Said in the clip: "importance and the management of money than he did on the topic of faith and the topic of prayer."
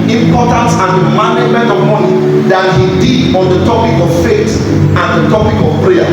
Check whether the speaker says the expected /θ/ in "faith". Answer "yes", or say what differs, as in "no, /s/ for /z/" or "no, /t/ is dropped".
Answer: no, /t/ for /θ/